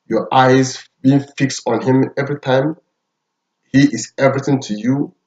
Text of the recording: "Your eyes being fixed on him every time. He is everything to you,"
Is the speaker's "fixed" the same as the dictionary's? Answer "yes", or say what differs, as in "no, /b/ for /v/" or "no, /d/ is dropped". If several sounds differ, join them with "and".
yes